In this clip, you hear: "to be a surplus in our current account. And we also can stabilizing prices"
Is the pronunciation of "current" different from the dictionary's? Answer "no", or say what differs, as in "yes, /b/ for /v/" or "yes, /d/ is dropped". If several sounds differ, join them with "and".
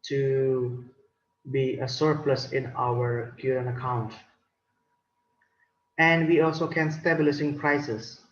yes, /t/ is dropped